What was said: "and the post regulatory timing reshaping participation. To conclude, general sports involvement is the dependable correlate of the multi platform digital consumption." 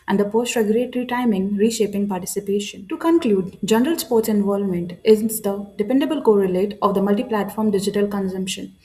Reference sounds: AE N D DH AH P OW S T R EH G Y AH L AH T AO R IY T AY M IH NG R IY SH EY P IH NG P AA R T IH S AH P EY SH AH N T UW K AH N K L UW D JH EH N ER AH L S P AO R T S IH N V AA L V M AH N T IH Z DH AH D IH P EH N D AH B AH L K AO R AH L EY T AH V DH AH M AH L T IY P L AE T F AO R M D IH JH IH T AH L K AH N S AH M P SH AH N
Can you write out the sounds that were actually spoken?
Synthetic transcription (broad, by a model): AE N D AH P OW S T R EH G Y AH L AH T R IY T AY M IH NG R IY SH EY P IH NG P AA R T IH S AH P EY SH AH N T UW K AH N K L UW D JH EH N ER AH L S P AO R T S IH N V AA L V M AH N T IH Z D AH D IH P EH N D AH B AH L K AO R AH L EY T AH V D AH M AH L T IY P L AE T F AO R M D IH JH IH T AH L K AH N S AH M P SH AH N